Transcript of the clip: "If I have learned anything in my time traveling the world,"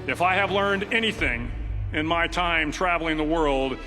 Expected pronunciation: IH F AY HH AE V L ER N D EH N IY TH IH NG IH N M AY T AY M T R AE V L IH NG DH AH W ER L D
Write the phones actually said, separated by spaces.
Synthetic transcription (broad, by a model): IH F AY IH V L ER N D EH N IY TH IH NG IH N M AY T AY M T R AE V L IH NG DH AH W ER L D